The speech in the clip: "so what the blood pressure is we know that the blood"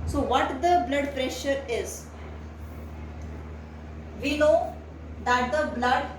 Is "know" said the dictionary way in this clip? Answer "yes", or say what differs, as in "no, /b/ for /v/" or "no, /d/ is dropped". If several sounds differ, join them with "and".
no, /l/ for /n/